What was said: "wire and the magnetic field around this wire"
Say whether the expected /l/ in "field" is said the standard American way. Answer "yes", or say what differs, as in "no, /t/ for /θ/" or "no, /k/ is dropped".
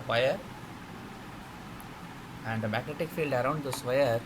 yes